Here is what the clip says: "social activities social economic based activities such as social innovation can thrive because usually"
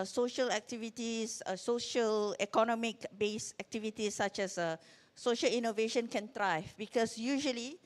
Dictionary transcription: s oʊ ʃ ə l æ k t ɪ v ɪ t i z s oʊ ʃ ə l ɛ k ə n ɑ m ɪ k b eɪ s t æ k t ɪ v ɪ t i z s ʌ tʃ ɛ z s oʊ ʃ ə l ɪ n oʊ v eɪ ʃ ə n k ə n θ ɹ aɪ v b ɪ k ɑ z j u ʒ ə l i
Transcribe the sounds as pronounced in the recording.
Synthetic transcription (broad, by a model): s oʊ ʃ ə l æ k t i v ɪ t i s s oʊ ʃ ə l ɛ k ə n ɑ m ɪ k b eɪ s æ k t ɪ v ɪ t i s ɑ tʃ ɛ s s oʊ ʃ ə l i n oʊ v eɪ ʃ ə n k ə n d ɹ aɪ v b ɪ k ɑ s j u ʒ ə l i